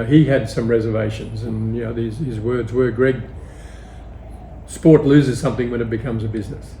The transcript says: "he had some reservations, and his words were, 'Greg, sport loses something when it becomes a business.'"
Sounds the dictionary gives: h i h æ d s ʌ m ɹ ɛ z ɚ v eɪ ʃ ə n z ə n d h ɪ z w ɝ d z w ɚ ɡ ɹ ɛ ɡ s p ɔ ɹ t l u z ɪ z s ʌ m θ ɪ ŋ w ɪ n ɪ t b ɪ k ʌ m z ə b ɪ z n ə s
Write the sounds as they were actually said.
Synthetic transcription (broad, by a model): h i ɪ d s ʌ m ɹ ɛ z ɚ v eɪ ʃ ə n z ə n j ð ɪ z w ɝ d z w ɚ ɡ ɹ ɛ ɡ s p ɔ ɹ t l u z ɪ z s ʌ m θ ɪ ŋ w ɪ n ɪ t b ɪ k ʌ m z ə b ɪ z n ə s